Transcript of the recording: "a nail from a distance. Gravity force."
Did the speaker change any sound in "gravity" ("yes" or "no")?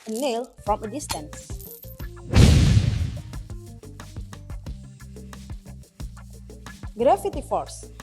yes